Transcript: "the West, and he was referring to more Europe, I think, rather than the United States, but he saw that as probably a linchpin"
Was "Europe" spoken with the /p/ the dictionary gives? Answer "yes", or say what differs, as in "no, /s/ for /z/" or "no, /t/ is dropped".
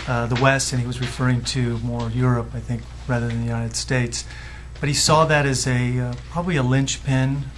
yes